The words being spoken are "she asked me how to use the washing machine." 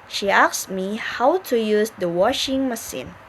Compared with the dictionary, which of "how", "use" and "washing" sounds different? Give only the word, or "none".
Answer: none